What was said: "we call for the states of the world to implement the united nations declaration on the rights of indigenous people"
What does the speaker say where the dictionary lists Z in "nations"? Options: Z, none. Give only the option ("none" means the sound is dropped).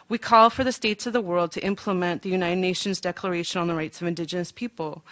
Z